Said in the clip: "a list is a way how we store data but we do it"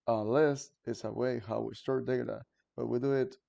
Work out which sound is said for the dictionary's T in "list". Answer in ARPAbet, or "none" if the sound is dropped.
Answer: T